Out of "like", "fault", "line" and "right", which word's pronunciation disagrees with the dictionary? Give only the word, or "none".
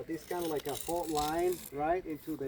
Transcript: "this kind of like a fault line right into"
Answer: fault